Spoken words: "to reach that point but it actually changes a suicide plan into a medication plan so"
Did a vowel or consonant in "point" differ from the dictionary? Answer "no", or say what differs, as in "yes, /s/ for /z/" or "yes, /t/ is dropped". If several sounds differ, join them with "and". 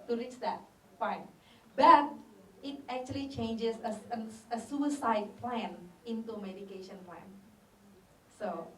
yes, /f/ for /p/